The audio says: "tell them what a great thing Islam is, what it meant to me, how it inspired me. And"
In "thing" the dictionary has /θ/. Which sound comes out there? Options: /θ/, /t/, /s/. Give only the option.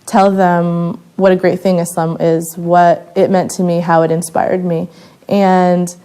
/θ/